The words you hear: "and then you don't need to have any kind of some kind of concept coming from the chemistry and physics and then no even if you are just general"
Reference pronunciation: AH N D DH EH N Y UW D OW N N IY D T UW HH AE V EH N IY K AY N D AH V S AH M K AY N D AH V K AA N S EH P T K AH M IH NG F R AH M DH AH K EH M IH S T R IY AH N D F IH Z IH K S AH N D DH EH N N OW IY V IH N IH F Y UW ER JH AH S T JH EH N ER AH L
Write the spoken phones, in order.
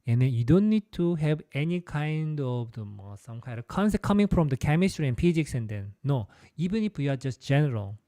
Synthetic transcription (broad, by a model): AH N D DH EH N Y UW D OW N N IY D T UW HH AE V EH N IY K AY N D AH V S AH M K AY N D AH V K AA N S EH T K AH M IH NG F R AH M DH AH K EH M IH S T R IY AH N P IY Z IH K S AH N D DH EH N N OW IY B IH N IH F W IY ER JH AH S T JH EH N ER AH L